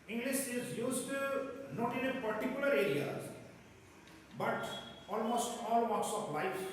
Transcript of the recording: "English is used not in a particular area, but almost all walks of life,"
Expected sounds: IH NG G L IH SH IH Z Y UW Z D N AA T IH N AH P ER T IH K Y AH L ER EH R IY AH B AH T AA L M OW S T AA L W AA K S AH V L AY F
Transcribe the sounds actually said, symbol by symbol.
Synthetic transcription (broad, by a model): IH NG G L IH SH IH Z Y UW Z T N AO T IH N AH P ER T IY K Y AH L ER EH R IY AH B AH T AA L M OW S T AA L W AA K S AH P L AY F